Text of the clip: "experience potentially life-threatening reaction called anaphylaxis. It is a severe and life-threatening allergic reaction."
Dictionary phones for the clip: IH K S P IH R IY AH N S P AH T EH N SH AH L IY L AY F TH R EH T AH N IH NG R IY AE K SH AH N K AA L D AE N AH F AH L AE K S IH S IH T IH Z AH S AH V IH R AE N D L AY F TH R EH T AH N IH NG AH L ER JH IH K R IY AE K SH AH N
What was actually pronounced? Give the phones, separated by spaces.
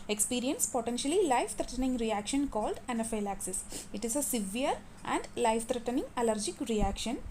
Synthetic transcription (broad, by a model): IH K S P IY R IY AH N S P AH T EH N SH AH L IY L AY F T R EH T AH N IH NG R IY AE K SH AH N K AA L D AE N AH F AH L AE K S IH S IH T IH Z AH S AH V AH R AE N D L AY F T R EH T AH N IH NG AH L ER JH IH K R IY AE K SH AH N